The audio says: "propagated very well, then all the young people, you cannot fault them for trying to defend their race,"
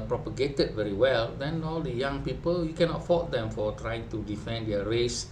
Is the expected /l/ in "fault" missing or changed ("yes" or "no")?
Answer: yes